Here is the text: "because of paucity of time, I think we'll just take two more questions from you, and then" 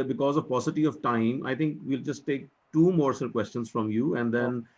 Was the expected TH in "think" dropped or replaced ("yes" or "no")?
yes